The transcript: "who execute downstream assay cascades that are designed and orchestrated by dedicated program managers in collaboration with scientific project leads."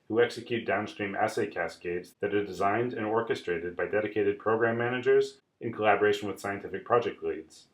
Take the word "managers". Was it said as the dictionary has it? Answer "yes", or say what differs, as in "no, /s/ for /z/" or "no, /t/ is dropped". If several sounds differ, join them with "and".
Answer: yes